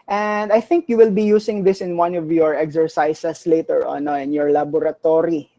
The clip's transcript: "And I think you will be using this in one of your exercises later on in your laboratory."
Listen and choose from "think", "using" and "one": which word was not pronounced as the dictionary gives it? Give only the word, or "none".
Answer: using